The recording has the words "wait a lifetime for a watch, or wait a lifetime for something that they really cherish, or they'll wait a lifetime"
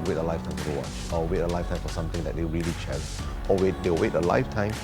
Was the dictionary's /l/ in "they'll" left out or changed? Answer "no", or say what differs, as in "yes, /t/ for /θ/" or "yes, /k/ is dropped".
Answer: yes, /w/ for /l/